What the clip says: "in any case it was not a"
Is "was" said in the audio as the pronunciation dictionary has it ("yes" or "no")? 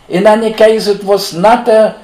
no